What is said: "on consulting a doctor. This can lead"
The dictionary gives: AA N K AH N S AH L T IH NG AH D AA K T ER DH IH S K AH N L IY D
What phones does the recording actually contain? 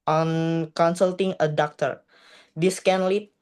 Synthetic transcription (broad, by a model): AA N K AH N S AH L T IH NG AH D AA K T ER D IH S K AH N L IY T